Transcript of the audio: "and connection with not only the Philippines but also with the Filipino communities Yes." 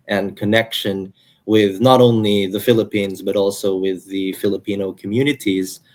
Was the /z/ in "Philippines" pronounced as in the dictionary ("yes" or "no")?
yes